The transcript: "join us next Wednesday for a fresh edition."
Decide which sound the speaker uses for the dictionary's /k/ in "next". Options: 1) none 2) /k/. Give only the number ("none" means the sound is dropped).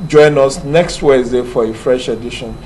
2